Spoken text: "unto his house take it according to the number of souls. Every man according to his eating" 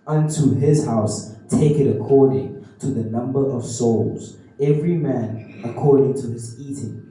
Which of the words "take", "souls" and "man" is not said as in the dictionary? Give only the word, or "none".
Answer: none